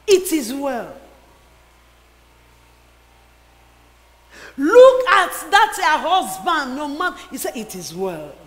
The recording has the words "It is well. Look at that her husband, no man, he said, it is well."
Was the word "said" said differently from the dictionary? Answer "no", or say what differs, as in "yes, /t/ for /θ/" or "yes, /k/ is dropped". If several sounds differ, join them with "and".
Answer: yes, /d/ is dropped